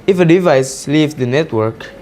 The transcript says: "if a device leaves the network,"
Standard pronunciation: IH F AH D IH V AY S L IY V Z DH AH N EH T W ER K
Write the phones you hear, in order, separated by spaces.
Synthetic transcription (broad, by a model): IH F AH D IH V AY S L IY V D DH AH N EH T W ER K